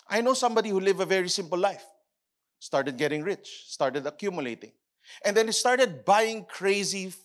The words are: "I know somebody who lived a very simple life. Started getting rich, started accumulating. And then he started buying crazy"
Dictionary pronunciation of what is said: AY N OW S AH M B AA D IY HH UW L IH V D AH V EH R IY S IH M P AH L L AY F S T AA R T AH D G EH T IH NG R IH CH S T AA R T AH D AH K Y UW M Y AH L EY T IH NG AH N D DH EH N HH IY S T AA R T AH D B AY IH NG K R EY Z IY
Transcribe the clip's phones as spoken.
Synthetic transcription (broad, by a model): AY N OW S AH M B AA D IY HH UW L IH V AH V EH R IY S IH M P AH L L AY F S T AA R T AH D G EH T IH NG R IH CH S T AA R T AH D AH K Y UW M Y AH L EY T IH NG AH N D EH N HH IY S T AA R T AH D B AY IH NG K R EY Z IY